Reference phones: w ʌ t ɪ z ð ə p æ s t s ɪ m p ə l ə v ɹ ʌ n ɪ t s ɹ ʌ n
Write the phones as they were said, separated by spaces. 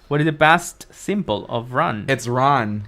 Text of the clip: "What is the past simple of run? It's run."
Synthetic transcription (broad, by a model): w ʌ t ɪ z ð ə b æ s t s ɪ m b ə l ə v ɹ ʌ n ɪ t s ɹ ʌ n